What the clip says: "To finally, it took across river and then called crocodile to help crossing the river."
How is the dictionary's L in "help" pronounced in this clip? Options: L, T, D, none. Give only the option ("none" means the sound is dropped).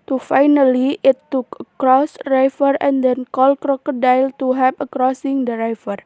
none